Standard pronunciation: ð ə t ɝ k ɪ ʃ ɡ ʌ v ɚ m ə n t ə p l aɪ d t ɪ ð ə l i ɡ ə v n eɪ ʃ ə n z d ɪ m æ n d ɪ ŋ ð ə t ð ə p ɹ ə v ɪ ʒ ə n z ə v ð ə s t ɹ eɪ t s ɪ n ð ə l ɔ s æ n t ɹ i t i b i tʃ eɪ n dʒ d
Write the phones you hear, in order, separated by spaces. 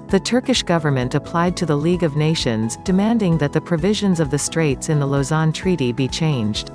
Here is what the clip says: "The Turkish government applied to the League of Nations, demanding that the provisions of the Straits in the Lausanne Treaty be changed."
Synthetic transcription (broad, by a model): ð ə t ɝ k ɪ ʃ ɡ ʌ v ɚ m ə n t ə p l aɪ d t ɪ ð ə l i ɡ ə v n eɪ ʃ ə n z d ɪ m æ n d ɪ ŋ ð ə t ð ə p ɹ ə v ɪ ʒ ə n z ə v ð ə s t ɹ eɪ t s ɪ n ð ə l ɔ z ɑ n t ɹ i t i b i tʃ eɪ n dʒ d